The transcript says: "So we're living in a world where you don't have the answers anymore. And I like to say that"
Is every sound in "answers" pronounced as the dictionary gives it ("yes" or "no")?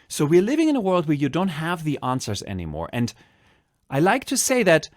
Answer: yes